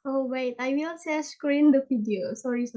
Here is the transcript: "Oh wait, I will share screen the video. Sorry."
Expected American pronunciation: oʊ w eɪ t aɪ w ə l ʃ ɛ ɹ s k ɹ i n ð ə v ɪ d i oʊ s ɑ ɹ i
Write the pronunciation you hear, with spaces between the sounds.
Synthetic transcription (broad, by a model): oʊ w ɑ t aɪ w ə l s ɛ s k ɹ i n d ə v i d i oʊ s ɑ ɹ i